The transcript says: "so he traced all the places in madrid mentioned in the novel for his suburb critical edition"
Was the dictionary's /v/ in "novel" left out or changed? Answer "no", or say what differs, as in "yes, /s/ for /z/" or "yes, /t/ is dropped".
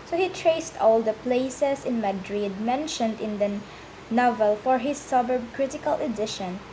no